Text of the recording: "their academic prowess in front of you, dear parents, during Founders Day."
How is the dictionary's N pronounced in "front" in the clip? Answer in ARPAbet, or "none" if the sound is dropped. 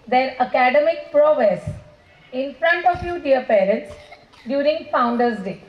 N